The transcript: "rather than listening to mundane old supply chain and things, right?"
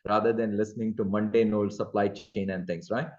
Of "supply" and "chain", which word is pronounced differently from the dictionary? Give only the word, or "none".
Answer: none